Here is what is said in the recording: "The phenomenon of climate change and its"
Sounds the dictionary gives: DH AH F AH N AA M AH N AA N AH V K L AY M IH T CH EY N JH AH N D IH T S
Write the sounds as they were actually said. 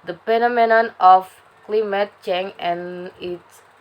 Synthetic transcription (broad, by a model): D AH P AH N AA M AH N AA N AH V K L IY M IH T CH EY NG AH N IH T S